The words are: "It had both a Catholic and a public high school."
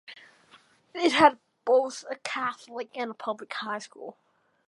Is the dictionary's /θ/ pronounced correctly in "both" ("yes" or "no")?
yes